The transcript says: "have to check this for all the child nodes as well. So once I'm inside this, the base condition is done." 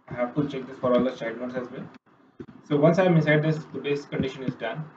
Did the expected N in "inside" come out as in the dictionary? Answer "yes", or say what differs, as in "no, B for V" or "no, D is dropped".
no, N is dropped